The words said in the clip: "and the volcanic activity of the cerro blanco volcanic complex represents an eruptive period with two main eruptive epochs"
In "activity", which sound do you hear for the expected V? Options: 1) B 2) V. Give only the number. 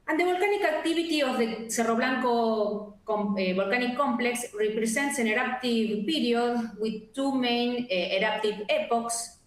1